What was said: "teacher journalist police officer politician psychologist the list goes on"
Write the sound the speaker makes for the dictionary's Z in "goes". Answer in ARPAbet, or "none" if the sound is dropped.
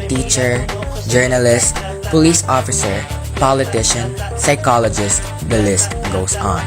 S